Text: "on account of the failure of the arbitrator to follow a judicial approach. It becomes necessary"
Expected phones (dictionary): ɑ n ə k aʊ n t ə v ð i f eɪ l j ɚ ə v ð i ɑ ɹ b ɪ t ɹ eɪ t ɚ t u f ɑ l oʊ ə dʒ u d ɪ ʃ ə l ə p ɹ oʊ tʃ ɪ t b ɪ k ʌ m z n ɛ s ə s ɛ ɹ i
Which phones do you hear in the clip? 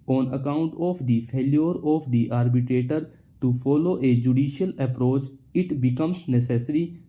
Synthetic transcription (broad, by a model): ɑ n ə k aʊ n t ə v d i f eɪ l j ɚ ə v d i ɑ ɹ b ɪ t ɹ eɪ t ɚ t u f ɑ l oʊ ə dʒ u d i ʃ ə l ə p ɹ oʊ tʃ ɪ t b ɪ k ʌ m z n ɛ s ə s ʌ ɹ i